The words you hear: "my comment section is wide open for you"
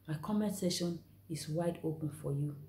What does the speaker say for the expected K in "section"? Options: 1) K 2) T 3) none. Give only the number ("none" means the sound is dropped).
3